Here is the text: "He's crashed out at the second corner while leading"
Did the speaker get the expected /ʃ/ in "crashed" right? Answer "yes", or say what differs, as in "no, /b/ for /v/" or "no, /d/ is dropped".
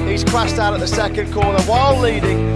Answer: no, /s/ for /ʃ/